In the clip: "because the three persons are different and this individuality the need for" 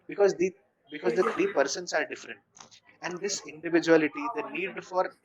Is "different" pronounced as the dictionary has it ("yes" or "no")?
yes